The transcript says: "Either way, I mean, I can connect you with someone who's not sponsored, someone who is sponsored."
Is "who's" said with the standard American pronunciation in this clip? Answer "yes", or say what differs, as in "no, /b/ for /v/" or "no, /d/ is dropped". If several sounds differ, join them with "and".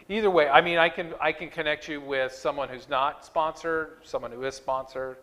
yes